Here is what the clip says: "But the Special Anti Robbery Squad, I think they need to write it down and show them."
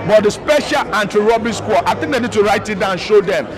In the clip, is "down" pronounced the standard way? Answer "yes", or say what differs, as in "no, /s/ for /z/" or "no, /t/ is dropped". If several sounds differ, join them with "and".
no, /n/ is dropped